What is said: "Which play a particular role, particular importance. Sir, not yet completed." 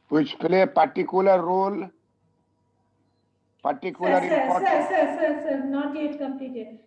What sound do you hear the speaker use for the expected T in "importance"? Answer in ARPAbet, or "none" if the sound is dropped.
S